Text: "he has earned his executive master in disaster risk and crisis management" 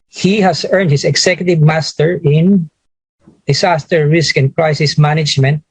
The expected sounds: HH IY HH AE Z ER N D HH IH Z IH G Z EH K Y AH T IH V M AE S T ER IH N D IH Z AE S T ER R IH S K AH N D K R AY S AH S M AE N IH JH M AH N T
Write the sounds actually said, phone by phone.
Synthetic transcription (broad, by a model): HH IY HH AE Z ER N D HH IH S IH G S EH K Y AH T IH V M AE S T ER IH N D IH S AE S T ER R IH S K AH N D K R AY S AH S M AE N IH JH M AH N T